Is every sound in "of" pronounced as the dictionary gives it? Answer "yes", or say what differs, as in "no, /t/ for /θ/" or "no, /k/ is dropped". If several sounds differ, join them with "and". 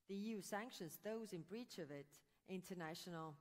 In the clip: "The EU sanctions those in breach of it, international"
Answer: yes